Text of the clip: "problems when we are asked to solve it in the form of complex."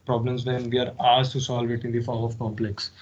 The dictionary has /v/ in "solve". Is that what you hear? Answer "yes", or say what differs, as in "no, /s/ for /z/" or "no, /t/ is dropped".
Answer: yes